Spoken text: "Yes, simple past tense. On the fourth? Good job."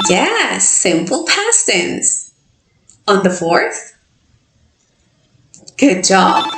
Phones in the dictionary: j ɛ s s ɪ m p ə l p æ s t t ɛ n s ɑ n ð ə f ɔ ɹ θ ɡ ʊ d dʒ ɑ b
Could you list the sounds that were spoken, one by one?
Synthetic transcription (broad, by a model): j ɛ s s ɪ m p l p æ s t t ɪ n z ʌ n ð ə f ɔ ɹ θ ɡ ʊ d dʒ ɑ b